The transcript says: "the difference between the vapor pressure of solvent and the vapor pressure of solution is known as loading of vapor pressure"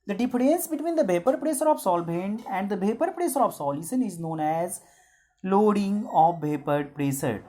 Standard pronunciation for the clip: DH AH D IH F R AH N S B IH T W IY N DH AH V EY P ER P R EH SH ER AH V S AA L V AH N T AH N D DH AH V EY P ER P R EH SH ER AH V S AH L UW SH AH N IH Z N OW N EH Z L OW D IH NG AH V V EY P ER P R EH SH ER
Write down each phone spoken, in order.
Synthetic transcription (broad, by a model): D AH D IH F R AH N S B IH T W IY N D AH B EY P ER P R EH S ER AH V S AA L B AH N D AH N D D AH B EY P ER P R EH S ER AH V S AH L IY S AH N IH Z N OW N EH Z L OW D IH NG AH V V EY P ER P R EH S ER